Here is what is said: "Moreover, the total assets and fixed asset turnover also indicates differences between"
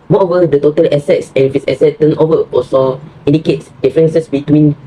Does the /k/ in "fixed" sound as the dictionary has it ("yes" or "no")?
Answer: no